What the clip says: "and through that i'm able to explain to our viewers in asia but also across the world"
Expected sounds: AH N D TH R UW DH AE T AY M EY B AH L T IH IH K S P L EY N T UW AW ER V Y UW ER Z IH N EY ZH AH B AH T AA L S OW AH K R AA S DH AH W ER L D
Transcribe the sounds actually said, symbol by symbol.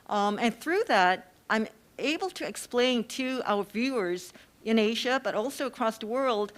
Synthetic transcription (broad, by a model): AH N TH R UW DH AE T AY M EY B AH L T IH IH K S P L EY N T UW AW ER V Y UW ER Z IH N EY ZH AH B AH T AA L S OW AH K R AA S DH AH W ER L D